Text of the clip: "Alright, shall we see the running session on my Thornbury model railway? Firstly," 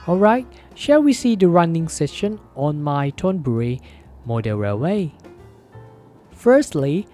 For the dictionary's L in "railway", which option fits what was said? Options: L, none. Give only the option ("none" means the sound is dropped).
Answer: none